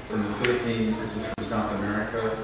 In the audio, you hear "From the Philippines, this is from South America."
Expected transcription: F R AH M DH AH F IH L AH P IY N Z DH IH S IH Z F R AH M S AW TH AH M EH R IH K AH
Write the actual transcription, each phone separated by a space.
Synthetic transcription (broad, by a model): F R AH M DH AH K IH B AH IH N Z DH IH S IH Z F R AH M S AW TH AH M EH R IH K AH